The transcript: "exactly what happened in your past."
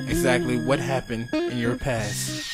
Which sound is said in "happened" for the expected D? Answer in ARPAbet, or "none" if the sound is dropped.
D